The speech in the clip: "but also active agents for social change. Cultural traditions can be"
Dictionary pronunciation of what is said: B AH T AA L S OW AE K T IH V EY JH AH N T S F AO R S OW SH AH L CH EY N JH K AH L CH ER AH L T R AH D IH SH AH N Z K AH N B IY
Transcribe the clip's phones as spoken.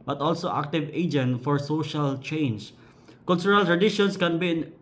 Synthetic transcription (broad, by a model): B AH T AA L S OW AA K T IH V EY JH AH N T F AO R S OW SH AH L CH EY N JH K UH L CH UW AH L T R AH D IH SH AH N S K AH N B IY